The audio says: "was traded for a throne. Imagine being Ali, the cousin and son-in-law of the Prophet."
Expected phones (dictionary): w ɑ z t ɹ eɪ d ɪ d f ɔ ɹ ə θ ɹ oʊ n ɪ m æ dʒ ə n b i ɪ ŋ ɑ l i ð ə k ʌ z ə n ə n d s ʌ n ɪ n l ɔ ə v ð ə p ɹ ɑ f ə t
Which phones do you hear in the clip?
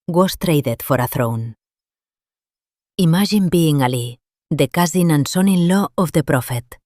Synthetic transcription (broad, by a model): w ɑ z t ɹ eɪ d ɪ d f ɔ ɹ ə θ ɹ oʊ n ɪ m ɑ ʒ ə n b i ŋ ɑ l i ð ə k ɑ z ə n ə n s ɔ n ɪ n l ɔ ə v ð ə p ɹ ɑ f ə t